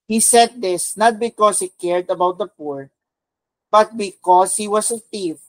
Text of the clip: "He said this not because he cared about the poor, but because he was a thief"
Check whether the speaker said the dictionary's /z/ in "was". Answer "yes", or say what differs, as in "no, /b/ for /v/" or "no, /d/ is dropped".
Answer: no, /s/ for /z/